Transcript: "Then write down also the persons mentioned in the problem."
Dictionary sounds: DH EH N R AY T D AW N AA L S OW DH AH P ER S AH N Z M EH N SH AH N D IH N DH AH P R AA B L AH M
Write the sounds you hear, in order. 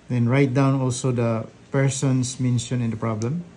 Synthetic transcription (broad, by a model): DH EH N R AY T D AW N AA L S OW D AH P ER S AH N S M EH N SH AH N IH N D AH P R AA B L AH M